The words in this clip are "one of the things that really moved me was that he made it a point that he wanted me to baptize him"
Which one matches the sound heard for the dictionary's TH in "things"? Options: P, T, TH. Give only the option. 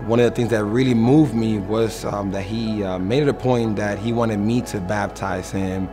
TH